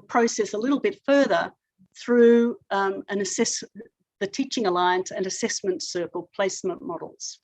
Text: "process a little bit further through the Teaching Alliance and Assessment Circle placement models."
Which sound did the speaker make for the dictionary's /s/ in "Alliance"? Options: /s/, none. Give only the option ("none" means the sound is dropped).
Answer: /s/